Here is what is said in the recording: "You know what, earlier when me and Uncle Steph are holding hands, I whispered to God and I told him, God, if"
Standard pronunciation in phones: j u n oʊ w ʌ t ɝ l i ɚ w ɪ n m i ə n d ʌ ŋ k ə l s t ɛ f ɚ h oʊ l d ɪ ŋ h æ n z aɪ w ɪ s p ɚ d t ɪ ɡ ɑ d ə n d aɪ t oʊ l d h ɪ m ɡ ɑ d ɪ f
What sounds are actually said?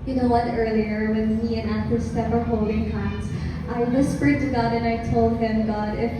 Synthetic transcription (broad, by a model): j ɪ n oʊ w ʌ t ɝ l i ɚ w ɪ n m i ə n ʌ k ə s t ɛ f ɚ h oʊ l d ɪ ŋ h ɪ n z aɪ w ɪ s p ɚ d t ɪ ɡ ɑ d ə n aɪ t oʊ l d h ɪ m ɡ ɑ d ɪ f